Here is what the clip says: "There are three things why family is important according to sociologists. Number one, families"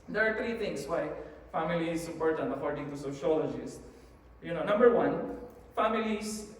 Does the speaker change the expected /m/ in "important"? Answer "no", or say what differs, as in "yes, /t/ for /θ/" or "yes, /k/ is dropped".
yes, /m/ is dropped